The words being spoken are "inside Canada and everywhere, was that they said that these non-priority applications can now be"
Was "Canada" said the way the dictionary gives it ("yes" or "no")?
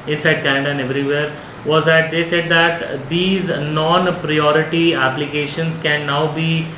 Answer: no